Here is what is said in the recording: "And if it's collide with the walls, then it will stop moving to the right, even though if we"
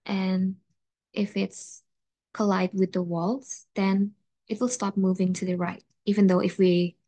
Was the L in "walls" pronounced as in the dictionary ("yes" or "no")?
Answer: yes